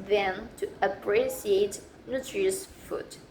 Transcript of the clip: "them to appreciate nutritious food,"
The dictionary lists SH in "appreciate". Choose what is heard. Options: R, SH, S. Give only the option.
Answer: S